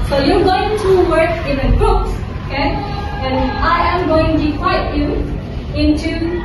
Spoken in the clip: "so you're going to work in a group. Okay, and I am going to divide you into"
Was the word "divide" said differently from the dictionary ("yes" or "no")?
yes